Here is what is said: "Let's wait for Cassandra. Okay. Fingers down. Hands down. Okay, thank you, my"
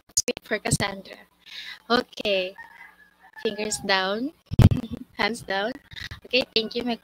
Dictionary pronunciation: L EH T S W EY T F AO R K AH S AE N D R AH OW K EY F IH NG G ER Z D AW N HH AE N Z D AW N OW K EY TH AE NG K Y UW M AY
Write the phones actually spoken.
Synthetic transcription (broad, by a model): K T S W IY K F AO R K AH S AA N D R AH OW K EY F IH NG G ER S D AW N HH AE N S D AW N OW K EY T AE NG K Y UW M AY